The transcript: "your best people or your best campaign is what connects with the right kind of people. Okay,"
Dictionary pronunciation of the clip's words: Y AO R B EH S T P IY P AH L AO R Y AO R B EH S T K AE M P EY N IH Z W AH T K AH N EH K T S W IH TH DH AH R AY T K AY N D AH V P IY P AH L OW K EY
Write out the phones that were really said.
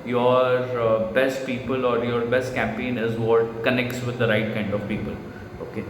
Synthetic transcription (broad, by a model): Y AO R B EH S T P IY P AH L AO R Y AO R B EH S T K AE M P EY N IH Z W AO T K AH N EH K T S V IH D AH R AY T K AY N D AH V P IY P AH L OW K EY